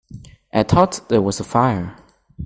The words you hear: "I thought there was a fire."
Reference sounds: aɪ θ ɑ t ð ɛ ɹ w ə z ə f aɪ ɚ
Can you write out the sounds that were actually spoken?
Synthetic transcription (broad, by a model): aɪ t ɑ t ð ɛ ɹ w ə z ə f aɪ ɚ